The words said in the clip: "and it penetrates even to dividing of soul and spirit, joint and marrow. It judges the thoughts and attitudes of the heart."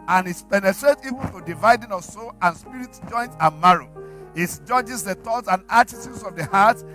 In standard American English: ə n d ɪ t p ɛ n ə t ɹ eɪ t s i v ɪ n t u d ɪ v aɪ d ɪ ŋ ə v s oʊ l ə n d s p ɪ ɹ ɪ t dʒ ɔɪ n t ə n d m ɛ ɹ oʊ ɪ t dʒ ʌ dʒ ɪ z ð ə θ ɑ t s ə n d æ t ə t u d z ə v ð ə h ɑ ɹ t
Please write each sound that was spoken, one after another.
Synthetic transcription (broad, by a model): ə n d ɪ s p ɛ n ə t ɹ eɪ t i v ɪ n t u d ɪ v aɪ d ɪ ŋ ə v s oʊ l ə n s p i ɹ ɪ t dʒ ɔɪ n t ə m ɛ ɹ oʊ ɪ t dʒ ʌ dʒ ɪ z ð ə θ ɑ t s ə n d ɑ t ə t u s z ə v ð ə h ɑ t